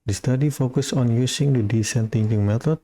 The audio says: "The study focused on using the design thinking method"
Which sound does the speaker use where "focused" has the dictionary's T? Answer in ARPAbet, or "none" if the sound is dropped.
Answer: none